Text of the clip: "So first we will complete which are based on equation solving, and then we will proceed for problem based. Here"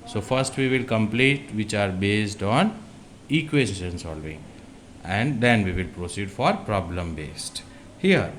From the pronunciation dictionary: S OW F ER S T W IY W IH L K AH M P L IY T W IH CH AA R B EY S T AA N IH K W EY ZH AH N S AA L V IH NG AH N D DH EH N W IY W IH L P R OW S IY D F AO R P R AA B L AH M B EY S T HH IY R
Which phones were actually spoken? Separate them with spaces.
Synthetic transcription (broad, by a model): S OW F ER S T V IY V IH L K AH M P L IY T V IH CH AA R B EY S T AA N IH K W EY SH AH N S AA L V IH NG AH N D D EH N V IY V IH L P R OW S IY D F AO R P R AA B L AH M B EY S T HH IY R